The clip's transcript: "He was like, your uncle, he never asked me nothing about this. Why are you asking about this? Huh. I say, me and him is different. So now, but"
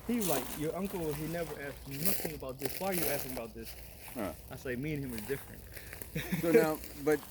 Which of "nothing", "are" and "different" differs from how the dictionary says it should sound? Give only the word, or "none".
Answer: none